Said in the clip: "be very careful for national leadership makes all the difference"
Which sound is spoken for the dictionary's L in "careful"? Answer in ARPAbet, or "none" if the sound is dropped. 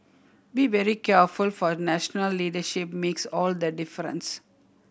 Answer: L